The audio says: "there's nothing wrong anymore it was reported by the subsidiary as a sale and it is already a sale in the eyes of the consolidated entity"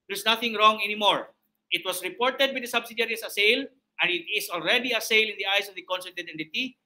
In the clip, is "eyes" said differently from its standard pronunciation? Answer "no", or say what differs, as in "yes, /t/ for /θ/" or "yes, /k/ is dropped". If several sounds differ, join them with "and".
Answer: yes, /s/ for /z/